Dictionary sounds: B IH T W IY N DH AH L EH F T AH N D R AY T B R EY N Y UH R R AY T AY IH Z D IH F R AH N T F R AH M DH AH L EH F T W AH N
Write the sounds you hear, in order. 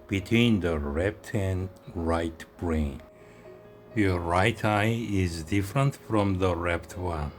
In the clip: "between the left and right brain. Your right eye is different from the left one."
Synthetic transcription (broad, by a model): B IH T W IY N DH AH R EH P T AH N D R AY T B R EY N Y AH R R AY T AY IH Z D IH F R AH N T F R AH M DH AH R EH P T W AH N